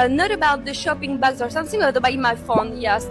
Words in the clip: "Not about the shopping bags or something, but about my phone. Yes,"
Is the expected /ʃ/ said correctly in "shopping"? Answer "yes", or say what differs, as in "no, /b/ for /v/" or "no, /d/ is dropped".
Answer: yes